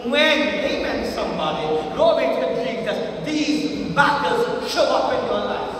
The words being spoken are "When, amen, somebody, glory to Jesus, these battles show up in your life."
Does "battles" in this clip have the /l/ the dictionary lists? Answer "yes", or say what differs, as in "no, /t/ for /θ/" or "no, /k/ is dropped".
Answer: no, /l/ is dropped